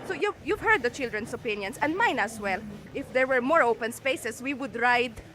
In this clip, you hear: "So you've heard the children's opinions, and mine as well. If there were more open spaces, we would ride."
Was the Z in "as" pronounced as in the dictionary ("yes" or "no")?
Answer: no